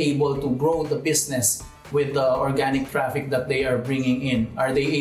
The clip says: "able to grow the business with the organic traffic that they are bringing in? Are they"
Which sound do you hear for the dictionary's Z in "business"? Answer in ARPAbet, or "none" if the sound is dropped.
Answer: S